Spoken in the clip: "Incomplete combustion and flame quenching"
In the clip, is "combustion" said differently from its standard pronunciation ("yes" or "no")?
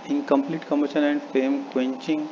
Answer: yes